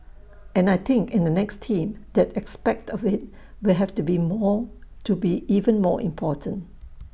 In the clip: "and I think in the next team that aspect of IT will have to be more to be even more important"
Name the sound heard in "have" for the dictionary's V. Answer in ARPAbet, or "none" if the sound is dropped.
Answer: F